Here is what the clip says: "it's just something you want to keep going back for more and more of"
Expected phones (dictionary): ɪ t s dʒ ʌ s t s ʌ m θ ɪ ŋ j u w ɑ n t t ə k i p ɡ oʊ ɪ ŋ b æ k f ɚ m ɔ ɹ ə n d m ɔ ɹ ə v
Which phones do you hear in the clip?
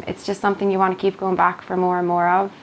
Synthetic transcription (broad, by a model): ɪ t s dʒ ʌ s t s ʌ m θ ɪ ŋ j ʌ w ɑ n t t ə k i p ɡ oʊ ɪ ŋ b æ k f ɚ m ɔ ɹ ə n m ɔ ɹ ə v